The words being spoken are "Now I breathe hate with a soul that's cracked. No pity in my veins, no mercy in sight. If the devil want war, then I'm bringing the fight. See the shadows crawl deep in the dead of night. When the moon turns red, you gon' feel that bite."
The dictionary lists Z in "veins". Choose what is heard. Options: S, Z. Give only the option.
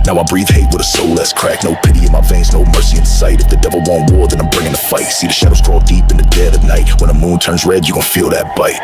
S